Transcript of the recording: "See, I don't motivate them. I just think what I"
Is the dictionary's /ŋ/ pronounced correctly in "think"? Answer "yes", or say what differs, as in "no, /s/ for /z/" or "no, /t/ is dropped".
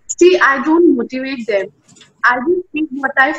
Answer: no, /ŋ/ is dropped